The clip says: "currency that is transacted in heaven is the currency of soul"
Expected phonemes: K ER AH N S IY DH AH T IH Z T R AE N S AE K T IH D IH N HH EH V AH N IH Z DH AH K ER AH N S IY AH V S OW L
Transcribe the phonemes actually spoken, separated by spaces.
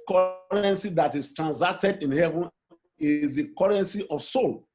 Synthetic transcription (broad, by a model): K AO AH N S IY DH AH T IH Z T R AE N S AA K T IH D IH N HH EH V AH N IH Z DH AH K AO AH N S IY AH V S OW L